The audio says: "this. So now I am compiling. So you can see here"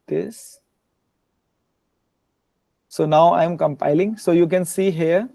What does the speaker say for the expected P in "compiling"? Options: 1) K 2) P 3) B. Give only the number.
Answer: 2